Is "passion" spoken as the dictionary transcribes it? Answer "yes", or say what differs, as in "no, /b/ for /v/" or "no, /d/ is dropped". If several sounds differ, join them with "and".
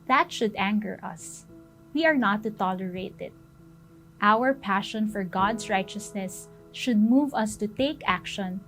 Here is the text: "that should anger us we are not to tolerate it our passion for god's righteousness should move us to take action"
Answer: yes